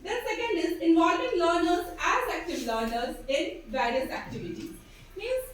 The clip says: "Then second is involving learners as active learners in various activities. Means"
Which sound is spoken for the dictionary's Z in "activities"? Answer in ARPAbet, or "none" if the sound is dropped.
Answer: none